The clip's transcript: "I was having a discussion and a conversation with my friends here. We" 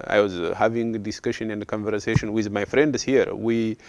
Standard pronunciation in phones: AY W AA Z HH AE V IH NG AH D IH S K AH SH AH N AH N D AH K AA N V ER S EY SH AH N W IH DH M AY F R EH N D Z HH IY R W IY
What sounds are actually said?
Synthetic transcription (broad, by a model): AY W AA Z HH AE V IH NG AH D IH S K AH SH AH N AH N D AH K AA N V ER S EY SH AH N W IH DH M AY F R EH N D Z HH IY R W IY